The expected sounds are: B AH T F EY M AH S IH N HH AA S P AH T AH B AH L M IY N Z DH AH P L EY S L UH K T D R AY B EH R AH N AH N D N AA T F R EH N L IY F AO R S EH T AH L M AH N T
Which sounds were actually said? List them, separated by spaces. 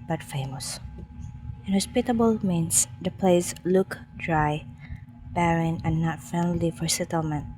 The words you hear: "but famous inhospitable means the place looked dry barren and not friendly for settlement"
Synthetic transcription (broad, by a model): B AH T F EY M AH S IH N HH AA S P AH T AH B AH L M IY N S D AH P L EY S L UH K D R AY B EH R AH N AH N N AA T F EH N L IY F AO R S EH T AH L M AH N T